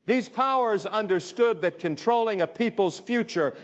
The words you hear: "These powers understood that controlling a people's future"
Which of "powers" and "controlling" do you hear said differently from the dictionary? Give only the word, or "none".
none